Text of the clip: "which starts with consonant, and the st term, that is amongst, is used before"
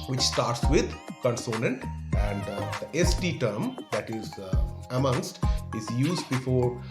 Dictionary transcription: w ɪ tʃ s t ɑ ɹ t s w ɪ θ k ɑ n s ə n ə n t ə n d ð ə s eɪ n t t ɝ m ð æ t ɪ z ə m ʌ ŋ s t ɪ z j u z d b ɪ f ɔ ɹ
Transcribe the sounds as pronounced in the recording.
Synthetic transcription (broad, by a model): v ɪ tʃ s t ɑ ɹ t s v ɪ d k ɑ n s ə n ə n t ə n d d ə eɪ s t t ɝ m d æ t ɪ z ə m ʌ ŋ s t ɪ z j u z d b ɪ f ɔ ɹ